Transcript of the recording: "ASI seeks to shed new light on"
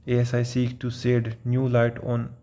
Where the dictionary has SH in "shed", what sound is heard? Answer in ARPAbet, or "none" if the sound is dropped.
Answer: S